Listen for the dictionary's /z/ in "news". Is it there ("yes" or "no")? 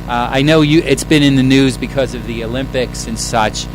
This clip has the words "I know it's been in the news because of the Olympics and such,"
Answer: yes